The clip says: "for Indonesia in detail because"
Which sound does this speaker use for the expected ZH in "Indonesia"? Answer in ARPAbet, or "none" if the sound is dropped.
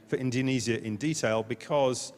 Z